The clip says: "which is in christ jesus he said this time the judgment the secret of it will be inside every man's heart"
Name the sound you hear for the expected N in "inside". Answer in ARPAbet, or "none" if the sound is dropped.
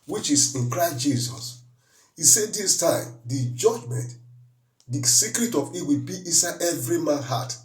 none